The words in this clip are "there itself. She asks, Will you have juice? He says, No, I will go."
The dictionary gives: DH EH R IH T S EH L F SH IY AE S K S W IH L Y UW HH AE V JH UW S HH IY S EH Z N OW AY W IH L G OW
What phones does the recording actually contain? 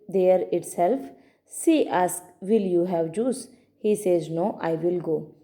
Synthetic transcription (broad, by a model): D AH R IH T S EH L F S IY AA S K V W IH L Y UW HH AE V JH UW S HH IY S EH Z N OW AY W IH L G OW